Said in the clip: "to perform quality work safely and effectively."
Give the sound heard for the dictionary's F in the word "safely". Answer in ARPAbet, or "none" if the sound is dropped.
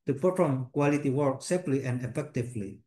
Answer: P